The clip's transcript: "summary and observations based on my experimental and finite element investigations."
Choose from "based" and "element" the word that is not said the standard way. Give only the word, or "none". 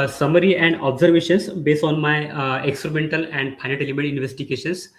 element